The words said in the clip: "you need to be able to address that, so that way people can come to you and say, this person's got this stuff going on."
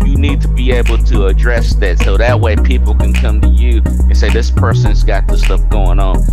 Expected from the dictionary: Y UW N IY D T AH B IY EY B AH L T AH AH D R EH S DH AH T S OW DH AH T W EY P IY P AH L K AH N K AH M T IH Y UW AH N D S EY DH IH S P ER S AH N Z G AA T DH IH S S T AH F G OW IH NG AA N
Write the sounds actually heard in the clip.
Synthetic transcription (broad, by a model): Y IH N IY D T AH B IY EY B L T AH AH D R EH S DH AH T S OW DH AH T W EY P IY P L K AH N K AH M T IH Y UW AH N S EY DH IH S P ER S AH N Z G AA T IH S S T AH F G OW IH NG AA N